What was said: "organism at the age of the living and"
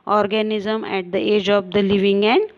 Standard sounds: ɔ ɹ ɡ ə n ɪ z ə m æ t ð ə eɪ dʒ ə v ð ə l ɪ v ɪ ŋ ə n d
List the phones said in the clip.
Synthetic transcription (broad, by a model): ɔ ɹ ɡ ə n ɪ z ə m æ t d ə eɪ dʒ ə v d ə l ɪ v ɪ ŋ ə n d